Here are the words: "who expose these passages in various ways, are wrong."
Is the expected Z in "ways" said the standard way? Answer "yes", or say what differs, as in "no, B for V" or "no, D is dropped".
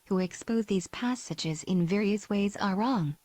yes